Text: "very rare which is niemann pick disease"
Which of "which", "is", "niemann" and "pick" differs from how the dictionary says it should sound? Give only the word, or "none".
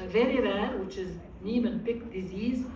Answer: none